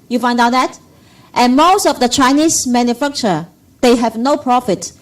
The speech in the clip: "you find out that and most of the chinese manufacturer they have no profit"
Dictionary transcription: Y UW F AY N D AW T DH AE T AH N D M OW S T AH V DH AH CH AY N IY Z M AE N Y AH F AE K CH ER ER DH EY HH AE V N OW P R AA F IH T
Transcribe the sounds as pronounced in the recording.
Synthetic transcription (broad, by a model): Y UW F AY N D AW T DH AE T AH N M OW S T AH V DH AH CH AY N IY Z M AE N Y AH F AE K CH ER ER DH EY HH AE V N OW P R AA F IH T